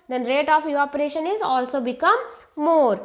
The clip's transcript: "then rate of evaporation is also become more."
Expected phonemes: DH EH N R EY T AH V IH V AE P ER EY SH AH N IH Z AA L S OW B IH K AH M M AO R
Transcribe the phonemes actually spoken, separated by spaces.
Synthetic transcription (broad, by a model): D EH N R EY T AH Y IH AO P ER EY SH AH N IH Z AA L S OW B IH K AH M M AO R